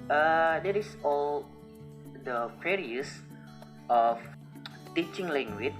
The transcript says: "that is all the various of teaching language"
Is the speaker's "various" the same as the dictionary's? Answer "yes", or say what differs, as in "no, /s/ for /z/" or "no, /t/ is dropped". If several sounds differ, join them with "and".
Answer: no, /f/ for /v/